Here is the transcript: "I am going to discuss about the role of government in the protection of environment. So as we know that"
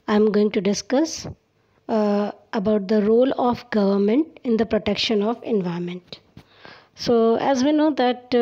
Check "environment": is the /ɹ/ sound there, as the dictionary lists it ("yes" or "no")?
no